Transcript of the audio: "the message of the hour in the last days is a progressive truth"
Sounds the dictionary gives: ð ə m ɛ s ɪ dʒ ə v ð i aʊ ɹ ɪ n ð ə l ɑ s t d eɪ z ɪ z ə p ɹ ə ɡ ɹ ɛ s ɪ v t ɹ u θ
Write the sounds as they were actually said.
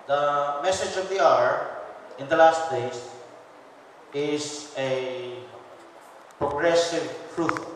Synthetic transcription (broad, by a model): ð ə m ɛ s ɪ dʒ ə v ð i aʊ ɹ ɪ n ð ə l ɑ s t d eɪ s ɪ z ə p ɹ ə ɡ ɹ ɛ s ɪ v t ɹ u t